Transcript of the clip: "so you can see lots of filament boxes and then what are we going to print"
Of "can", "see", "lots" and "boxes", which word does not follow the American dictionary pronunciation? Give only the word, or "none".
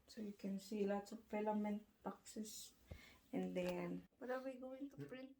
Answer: boxes